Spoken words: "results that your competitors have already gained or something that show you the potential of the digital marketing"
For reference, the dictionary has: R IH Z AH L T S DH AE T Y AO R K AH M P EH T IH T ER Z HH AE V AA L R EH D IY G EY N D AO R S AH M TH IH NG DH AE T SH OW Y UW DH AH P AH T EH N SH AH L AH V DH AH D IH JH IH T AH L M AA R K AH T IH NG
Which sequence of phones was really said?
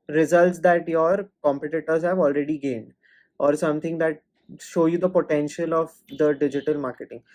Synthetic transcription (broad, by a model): R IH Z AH L T S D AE T Y AO R K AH M P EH T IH T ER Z HH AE V AA L R EH D IY G EY N D AO R S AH M T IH NG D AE T SH OW Y UW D AH P AH T EH N SH AH L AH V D AH D IH JH IH T AH L M AA R K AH T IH NG